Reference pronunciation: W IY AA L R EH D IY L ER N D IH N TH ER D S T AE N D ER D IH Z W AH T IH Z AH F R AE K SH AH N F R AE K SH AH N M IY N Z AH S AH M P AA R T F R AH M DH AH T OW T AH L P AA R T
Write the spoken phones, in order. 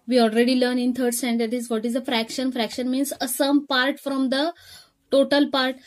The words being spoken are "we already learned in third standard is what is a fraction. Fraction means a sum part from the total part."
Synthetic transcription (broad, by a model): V IY AA L R EH D IY L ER N IH N T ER D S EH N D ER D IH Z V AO T IH Z AH F R AE K SH AH N F R AE K SH AH N M IY N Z AH S AH M P AA R T F R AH M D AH T OW T AH L P AA R T